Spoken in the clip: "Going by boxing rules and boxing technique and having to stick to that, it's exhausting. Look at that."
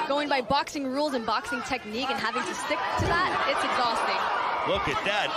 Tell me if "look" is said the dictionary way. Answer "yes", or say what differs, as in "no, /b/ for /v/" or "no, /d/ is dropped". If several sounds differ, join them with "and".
no, /w/ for /l/